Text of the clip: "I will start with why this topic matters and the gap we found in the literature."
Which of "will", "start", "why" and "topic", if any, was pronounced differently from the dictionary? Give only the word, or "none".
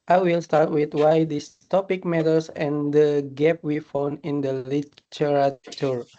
none